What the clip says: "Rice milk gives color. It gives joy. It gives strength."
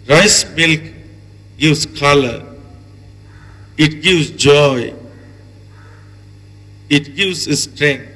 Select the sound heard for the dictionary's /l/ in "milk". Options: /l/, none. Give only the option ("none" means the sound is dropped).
/l/